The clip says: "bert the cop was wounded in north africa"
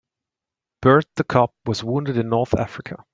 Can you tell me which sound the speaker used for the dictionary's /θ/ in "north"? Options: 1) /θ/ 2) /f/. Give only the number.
1